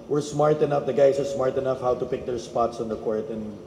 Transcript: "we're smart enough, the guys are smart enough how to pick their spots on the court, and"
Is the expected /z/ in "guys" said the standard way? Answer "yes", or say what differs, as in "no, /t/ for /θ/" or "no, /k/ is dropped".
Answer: no, /s/ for /z/